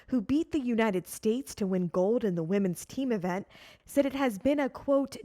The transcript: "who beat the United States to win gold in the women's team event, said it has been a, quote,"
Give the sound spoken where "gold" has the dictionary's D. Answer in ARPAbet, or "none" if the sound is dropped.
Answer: D